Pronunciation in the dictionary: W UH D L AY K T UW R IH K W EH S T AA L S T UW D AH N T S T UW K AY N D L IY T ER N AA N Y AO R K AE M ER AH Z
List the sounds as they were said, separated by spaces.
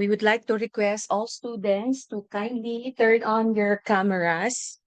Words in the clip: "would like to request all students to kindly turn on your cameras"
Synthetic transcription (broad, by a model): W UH D L AY K T UW R IH K W EH S T AA L S T UW D AH N T S T UW K AY N D L IY T ER N AA N Y AO R K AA M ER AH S